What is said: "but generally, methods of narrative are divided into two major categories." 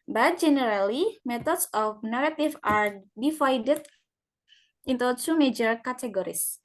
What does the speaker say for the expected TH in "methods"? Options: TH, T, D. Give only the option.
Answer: T